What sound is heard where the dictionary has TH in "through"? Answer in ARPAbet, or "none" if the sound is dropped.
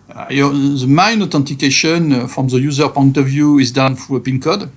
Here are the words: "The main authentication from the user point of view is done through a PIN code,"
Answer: F